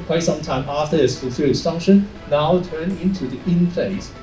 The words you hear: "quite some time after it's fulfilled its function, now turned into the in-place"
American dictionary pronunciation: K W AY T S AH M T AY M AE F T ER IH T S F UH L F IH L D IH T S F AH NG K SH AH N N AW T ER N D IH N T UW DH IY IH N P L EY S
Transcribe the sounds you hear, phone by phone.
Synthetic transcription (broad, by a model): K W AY S AH M T AY M AE F T ER IH T S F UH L F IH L IH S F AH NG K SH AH N N AW T ER N IH N T UW DH IY IH N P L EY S